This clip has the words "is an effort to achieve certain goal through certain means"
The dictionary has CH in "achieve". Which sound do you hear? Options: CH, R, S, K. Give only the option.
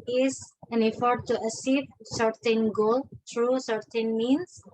S